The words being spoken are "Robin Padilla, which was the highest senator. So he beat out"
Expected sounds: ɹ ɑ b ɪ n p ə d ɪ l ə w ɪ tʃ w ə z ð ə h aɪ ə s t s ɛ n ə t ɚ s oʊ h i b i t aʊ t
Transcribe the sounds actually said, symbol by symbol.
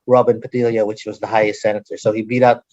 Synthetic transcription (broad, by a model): ɹ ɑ b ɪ n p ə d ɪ l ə w ɪ tʃ w ə z ð ə h aɪ ə s t s ɛ n ə t ɚ s oʊ h i b i t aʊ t